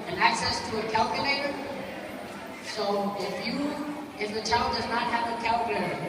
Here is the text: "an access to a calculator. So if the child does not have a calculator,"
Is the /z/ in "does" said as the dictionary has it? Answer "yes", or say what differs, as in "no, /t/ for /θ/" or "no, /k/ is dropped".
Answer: yes